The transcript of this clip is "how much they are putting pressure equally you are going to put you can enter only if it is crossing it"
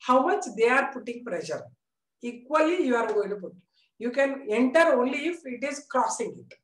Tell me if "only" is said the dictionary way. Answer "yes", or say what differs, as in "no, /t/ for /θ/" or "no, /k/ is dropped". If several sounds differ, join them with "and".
yes